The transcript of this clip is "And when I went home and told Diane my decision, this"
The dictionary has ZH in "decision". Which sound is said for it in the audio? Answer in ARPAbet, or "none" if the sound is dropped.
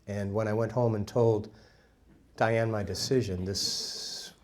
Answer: ZH